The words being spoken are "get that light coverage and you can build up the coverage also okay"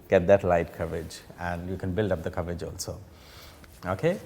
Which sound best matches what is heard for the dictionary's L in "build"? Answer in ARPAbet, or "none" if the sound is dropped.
L